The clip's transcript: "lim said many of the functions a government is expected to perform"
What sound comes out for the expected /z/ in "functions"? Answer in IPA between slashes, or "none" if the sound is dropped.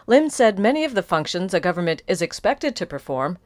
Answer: /z/